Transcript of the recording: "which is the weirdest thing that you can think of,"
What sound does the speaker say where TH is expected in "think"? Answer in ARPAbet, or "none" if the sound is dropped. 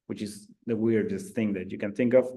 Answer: TH